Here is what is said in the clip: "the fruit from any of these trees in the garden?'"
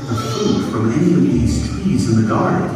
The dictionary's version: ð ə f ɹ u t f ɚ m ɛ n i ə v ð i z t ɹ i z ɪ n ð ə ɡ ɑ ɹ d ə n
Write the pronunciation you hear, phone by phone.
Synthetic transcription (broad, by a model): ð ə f u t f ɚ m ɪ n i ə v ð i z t w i z ɪ n ð ə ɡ ɑ ɹ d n